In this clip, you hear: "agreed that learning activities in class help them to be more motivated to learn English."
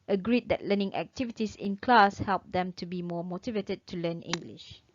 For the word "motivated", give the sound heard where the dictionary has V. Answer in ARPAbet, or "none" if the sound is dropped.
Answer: V